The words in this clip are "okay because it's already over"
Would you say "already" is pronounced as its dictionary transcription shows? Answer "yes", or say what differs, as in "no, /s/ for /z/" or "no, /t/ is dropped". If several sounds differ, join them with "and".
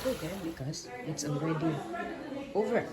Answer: no, /n/ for /l/